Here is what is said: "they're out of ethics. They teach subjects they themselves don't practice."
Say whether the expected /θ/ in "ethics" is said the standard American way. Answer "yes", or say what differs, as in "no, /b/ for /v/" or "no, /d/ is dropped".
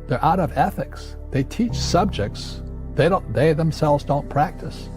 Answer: yes